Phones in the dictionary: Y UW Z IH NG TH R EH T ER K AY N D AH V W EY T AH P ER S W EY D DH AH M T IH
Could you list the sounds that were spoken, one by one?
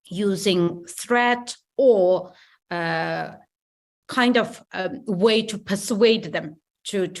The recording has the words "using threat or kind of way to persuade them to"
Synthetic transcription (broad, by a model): Y UW Z IH NG TH R EH T ER K AY N D AH V W EY T AH P ER S W EY D DH AH M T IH